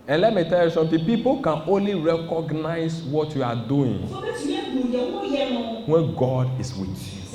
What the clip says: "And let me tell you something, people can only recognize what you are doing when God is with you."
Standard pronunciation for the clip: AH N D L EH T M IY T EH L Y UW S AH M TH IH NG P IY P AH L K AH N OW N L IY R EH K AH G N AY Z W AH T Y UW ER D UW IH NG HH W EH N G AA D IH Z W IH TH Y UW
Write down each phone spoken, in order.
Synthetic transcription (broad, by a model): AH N L EH T M IY T EH L Y UW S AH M T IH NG P IY P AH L K AH N OW N L IY R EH K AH G N AY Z W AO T Y UW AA D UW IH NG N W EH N G AA D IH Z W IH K